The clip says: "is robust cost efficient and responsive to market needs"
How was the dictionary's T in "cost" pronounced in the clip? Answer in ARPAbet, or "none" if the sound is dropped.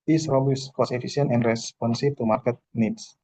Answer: none